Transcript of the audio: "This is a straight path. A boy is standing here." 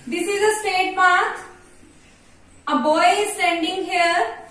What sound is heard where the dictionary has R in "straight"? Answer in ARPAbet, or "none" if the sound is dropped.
none